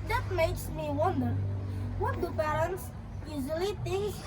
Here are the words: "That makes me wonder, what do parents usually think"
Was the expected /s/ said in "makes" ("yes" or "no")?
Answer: yes